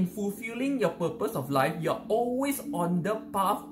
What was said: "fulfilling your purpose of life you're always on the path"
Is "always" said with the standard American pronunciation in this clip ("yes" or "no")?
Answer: no